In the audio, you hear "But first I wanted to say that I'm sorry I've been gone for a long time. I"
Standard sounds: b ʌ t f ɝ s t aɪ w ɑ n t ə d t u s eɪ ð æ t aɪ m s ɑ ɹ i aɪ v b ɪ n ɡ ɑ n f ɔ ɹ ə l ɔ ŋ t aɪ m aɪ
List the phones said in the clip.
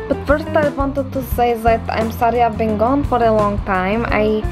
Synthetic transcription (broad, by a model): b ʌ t f ɝ s t aɪ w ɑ n t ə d t u s eɪ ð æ t aɪ m s ɑ ɹ i aɪ v b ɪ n ɡ ɑ n f ɔ ɹ ə l ɔ ŋ t aɪ m aɪ